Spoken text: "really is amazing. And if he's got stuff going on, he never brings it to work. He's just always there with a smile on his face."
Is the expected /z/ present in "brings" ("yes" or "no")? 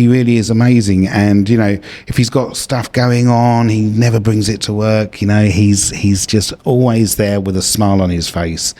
yes